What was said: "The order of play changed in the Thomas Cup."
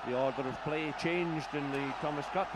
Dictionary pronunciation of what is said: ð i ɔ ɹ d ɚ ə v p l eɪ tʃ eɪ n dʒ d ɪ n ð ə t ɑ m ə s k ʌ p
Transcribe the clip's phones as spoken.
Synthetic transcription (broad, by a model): ð i ɔ ɹ d ɚ ə v p l eɪ tʃ eɪ n dʒ d ɪ n ð ə t ɑ m ə s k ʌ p